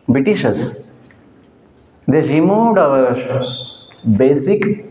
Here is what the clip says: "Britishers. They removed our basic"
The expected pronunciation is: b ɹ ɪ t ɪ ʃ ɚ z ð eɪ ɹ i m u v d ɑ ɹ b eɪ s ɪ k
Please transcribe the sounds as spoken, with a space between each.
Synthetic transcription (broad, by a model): b ɹ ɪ t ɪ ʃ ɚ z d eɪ ɹ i m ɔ d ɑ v b eɪ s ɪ k